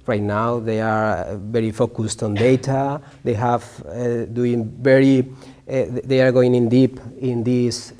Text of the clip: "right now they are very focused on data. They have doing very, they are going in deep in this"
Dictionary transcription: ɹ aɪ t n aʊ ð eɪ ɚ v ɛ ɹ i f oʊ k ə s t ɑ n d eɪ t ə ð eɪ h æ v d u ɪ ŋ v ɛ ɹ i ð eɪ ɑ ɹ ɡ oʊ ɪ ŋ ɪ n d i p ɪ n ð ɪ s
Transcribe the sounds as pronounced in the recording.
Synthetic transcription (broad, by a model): ɹ aɪ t n aʊ ð eɪ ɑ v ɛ ɹ i f oʊ k ə s t ɑ n d eɪ t ə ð eɪ h æ v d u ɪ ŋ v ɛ ɹ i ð eɪ ɑ ɹ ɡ oʊ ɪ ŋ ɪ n d i p ɪ n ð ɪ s